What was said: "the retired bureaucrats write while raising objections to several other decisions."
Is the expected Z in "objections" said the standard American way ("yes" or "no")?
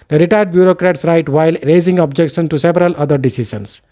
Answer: no